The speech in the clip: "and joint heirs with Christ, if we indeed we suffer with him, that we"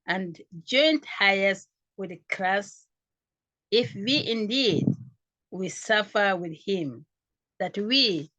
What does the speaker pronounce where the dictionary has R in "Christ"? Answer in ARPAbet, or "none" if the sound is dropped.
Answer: L